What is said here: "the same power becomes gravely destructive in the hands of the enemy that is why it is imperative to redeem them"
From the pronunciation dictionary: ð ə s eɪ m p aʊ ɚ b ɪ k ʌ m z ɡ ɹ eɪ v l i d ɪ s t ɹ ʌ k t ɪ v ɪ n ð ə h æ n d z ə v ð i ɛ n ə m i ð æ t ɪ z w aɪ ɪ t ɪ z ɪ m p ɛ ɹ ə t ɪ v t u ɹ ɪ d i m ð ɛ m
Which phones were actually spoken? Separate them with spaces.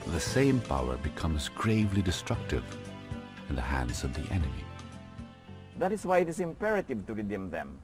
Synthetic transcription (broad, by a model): ð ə s eɪ m p aʊ ɚ b ɪ k ʌ m z ɡ ɹ eɪ v l i d ɪ s t ɹ ʌ k t ɪ v ɪ n ð ə h æ n d z ə v ð i ɛ n ə m i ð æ t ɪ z w aɪ ɪ t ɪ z ɪ m p ɛ ɹ ə t ɪ v t u ɹ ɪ d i m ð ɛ m